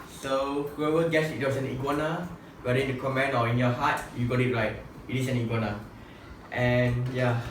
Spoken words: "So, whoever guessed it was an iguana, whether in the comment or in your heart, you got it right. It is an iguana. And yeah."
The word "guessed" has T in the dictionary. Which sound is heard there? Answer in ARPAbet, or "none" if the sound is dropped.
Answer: none